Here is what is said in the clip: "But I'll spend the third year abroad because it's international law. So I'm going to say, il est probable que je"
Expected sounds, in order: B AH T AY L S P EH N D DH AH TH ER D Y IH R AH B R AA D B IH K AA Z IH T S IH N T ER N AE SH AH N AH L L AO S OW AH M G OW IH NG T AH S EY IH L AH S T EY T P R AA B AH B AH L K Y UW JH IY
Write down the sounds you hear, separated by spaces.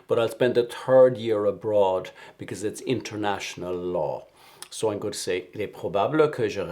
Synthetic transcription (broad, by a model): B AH T AY L S P EH N D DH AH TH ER D Y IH R AH B R AA D B IH K AA Z IH T S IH N T ER N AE SH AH N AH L L AO S OW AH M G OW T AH S EY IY L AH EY P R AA B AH B AH K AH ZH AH